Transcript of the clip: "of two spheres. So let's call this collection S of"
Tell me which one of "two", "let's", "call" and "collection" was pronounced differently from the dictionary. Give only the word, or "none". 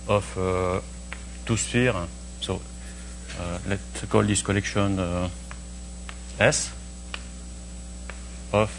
let's